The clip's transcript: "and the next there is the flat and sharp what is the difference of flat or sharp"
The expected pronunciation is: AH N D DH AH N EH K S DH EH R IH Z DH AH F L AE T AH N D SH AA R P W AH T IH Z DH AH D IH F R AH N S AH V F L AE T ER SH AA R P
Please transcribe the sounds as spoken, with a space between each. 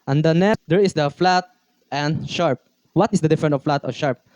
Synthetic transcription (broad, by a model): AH N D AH N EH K S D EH R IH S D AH F L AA T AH N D SH AA R P W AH T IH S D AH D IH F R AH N AH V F L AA T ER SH AA R P